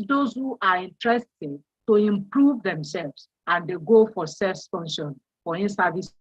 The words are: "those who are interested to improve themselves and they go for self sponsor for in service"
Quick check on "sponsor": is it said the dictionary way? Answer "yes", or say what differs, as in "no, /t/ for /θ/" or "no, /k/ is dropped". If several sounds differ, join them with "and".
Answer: no, /f/ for /p/